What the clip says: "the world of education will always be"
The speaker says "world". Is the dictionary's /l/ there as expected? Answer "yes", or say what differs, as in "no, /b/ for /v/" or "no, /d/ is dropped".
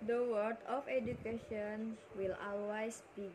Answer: no, /l/ is dropped